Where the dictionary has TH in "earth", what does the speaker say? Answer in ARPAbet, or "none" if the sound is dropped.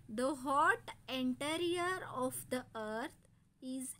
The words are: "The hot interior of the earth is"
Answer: T